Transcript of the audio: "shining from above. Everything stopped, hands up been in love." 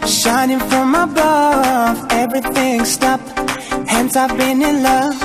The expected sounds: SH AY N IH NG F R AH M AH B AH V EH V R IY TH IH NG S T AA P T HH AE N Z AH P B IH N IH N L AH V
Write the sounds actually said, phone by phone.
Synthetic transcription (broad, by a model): SH AY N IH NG F R AH M AH B AH V EH V R IY TH IH NG S T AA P HH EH N S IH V B IH N IH N L AH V